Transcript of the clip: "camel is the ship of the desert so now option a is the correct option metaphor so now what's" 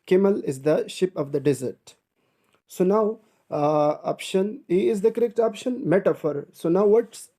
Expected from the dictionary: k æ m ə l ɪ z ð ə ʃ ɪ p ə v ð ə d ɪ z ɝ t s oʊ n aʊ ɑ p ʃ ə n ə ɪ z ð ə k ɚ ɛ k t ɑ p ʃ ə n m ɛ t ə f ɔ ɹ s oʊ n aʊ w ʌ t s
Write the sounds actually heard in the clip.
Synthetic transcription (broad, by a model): k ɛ m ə l ɪ z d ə ʃ ɪ p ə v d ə d ɪ z ɝ t s oʊ n aʊ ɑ p ʃ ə n ə ɪ z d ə k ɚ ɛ k t ɑ p ʃ ə n m ɛ t ə f ɔ ɹ s oʊ n aʊ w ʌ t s